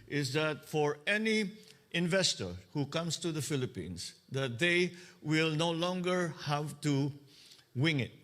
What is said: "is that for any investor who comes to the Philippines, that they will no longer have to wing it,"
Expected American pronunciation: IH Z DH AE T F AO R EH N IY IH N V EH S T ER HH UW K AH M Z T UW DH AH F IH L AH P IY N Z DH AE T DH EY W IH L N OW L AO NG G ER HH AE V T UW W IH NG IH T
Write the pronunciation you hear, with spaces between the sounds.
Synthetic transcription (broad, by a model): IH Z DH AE T F AO R EH N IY IH N V EH S T ER HH UW K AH M S T UW DH AH F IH L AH P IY N S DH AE T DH EY W IH L N OW L AO NG G ER HH AE V T UW W IH NG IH T